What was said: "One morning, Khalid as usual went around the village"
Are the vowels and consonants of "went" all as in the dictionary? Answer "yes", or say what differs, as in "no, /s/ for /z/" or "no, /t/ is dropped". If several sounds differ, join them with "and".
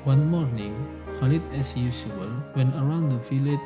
no, /t/ is dropped